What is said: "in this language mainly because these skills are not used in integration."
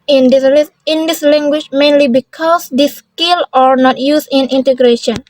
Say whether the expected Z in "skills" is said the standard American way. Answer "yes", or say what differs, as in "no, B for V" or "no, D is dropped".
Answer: no, Z is dropped